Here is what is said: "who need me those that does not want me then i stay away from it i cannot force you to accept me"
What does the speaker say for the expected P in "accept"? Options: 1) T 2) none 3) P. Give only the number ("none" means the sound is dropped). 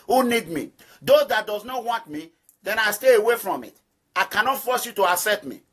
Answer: 2